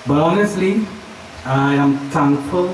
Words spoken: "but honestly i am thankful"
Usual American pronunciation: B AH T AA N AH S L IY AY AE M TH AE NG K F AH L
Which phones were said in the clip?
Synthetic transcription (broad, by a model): B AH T AA N AH S L IY AY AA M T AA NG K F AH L